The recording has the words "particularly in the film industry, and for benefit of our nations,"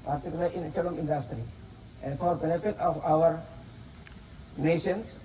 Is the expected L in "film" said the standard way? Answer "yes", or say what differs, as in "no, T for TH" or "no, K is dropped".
no, L is dropped